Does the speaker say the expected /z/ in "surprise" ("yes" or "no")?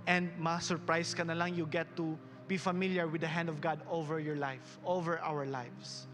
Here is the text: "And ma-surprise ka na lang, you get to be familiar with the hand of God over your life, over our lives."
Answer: no